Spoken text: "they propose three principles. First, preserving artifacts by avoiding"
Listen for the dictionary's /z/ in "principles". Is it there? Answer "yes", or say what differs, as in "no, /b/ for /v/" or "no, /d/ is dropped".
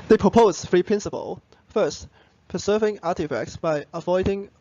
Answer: no, /z/ is dropped